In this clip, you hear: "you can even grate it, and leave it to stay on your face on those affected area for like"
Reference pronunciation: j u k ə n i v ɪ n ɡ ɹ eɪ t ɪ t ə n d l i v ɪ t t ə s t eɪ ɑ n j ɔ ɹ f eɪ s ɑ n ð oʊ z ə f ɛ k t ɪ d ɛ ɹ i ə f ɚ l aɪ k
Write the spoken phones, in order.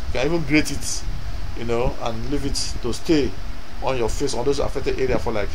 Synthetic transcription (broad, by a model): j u k ə n i v ɪ n ɡ ɹ eɪ t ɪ t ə n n l i v ɪ t t ə s t eɪ ɑ n j ɔ f eɪ s ɑ n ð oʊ s ə f ɛ k t ɪ d ɛ ɹ i ə f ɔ l aɪ k